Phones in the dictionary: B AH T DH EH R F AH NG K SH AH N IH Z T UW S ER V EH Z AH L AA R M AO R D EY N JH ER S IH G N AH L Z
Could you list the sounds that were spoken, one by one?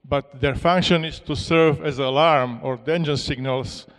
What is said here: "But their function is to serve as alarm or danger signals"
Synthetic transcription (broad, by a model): B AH T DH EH R F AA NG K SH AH N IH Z T UW S ER V EH Z AH L AA R M AO R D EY N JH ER S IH G N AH L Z